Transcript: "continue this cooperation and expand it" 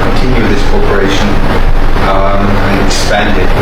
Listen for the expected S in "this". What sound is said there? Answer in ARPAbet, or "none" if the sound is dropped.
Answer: S